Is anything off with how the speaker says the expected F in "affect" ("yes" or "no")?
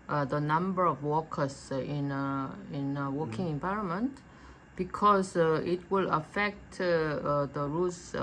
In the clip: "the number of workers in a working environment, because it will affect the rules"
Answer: no